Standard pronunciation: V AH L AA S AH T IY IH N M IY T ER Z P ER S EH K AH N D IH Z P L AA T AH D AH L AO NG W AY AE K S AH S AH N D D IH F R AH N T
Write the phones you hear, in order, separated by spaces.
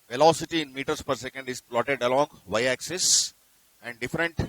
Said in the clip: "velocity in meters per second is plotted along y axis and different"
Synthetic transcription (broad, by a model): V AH L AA S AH T IY IH N M IY T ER S P ER S EH K AH N D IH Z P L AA T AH D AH L AO NG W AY AE K S AH S AH N D D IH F R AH N T